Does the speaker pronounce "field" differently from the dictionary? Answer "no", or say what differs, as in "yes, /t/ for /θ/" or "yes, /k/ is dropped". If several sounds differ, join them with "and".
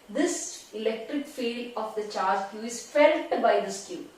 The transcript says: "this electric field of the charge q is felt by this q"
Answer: yes, /d/ is dropped